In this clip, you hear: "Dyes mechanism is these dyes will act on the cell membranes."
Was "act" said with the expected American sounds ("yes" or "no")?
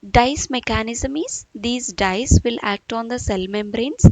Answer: yes